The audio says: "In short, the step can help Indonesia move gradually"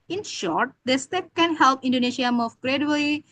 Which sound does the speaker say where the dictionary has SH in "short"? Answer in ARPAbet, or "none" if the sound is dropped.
SH